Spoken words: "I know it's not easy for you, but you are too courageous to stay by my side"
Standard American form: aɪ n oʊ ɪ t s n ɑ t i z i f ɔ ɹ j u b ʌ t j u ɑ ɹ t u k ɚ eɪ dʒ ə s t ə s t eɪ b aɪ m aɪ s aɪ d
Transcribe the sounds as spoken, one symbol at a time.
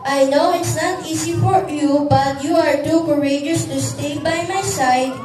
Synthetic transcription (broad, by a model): aɪ n oʊ ɪ t s n ɑ t i s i f ɔ ɹ j u b ʌ t j u ɑ ɹ t u k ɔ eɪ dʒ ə s t ə s t eɪ b aɪ m aɪ s aɪ d